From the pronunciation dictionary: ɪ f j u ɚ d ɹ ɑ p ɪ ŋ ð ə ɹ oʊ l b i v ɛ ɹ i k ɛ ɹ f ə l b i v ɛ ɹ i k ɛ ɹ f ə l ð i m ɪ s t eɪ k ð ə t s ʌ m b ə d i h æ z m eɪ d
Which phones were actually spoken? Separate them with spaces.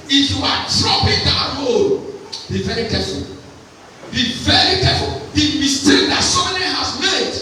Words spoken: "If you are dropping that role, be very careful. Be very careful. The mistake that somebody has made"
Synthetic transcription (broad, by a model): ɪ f j u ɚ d ɹ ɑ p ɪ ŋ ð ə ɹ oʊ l b i v ɛ ɹ i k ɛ f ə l b i v ɛ ɹ i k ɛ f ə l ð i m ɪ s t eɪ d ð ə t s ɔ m ə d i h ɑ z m eɪ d